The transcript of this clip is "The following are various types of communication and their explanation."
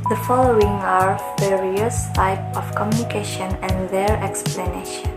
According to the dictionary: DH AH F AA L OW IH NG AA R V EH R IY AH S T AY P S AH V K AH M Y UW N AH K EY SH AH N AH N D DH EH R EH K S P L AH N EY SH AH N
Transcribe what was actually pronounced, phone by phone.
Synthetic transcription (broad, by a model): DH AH F AA L OW IH NG AA R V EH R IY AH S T AY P AH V K AH M Y UW N AH K EY SH AH N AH N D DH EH R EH K S P L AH N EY SH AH N